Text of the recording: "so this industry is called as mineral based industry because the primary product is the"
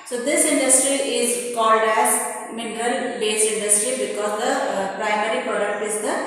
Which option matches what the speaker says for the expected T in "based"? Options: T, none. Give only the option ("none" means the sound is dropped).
none